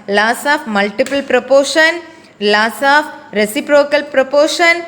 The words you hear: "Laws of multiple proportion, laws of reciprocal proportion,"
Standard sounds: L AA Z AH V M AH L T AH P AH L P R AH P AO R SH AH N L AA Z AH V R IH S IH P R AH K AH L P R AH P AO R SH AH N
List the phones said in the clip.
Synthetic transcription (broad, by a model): L AA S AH F M AH L T AH P AH L P R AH P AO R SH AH N L AA S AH F R IH S IH P R AH K AH L P R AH P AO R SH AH N